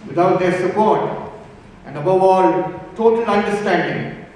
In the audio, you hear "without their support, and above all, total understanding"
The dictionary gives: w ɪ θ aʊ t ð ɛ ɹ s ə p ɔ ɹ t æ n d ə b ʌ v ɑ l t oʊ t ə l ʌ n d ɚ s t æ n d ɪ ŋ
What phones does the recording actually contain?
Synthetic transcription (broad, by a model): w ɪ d aʊ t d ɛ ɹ s ə p ɔ ɹ t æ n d ə b ʌ v ɑ l t oʊ t ə l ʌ n d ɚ s t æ n d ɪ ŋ